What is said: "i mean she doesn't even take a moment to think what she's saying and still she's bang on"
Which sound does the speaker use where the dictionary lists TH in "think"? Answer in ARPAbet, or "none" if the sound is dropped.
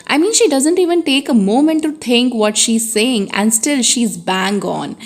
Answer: T